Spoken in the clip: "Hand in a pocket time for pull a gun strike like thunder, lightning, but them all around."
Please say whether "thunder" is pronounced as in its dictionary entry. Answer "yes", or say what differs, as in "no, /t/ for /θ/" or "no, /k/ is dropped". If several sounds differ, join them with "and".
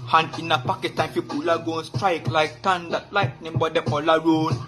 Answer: no, /t/ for /θ/